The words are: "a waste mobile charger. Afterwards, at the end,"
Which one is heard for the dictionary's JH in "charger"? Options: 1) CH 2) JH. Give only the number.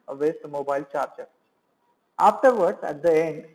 1